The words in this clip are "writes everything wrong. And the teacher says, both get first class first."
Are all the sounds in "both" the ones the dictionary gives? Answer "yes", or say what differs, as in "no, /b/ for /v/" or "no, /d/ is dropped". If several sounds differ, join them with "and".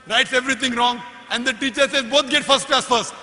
no, /t/ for /θ/